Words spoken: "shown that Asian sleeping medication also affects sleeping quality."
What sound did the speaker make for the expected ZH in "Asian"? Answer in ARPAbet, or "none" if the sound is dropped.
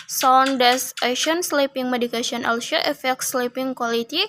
SH